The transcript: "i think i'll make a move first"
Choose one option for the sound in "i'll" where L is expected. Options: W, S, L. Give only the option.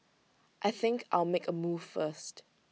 L